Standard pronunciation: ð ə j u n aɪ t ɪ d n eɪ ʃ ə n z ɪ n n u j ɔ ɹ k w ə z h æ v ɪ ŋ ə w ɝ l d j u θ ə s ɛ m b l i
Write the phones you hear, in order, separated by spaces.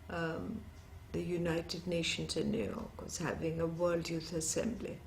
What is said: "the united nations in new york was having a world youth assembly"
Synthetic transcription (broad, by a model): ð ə j u n aɪ t ɪ d n eɪ ʃ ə n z ɪ n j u j ɔ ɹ k w ə z h æ v ɪ ŋ ə w ɝ l d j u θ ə s ɛ m b l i